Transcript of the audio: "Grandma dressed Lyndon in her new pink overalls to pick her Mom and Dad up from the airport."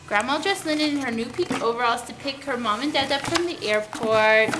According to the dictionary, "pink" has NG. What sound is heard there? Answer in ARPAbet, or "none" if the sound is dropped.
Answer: none